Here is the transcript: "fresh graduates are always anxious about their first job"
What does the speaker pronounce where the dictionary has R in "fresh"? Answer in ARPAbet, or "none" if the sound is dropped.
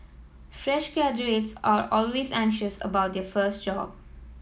R